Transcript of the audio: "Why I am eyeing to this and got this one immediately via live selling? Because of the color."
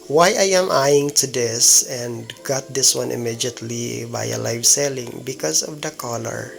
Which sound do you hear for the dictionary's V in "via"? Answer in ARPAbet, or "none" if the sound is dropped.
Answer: B